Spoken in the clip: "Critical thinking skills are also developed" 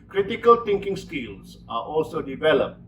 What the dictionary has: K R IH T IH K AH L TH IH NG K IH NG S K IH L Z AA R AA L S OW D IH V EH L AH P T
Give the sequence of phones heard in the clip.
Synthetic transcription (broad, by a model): K R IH T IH K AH L T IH NG K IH NG S K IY L S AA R AA L S OW D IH V EH L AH P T